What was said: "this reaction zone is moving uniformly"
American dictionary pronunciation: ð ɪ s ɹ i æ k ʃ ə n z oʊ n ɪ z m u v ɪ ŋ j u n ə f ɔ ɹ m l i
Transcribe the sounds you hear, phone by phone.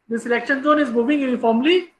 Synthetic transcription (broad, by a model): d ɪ s l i k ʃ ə n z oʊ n ɪ z m u v ɪ ŋ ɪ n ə f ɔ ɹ m l i